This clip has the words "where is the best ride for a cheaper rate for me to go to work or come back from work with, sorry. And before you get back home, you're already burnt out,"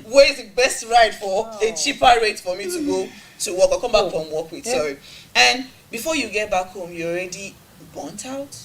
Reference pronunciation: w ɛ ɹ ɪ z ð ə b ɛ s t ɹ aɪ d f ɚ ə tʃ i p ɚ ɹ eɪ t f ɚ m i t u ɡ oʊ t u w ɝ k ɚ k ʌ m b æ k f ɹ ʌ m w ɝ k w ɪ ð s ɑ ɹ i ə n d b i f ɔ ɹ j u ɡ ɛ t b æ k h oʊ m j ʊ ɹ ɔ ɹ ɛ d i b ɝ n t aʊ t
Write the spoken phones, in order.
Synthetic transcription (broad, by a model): w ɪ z ð ə b ɛ s t ɹ aɪ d f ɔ ə tʃ i p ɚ ɹ eɪ t f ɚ m i t u ɡ oʊ t u w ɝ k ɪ k ʌ m b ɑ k f ɹ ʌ m w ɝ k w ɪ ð s ɑ ɹ i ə n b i f ɔ j u ɡ ɛ t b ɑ k h oʊ m j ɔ ɔ ɹ ɛ d i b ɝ n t aʊ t